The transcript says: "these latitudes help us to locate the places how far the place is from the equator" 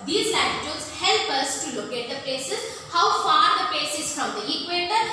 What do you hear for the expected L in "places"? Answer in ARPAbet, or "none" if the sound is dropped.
none